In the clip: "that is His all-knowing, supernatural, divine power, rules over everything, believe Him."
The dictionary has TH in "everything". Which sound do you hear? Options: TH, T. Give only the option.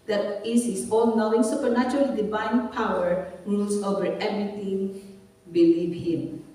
T